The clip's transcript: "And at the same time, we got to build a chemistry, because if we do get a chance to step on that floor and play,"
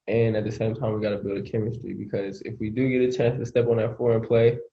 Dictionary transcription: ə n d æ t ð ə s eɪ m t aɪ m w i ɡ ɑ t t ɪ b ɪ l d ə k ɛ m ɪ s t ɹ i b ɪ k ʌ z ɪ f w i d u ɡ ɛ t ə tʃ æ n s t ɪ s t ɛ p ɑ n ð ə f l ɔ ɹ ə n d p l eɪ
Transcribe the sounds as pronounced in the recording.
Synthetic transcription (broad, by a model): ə n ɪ t ð ə s eɪ m t aɪ m w i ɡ ɑ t t ɪ b ɪ l d ə k ɛ m ɪ s t ɹ i b ɪ k ʌ z ɪ f w i d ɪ ɡ ɛ t ə tʃ æ n s t ɪ s t ɛ p n ð ə f ɔ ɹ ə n p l eɪ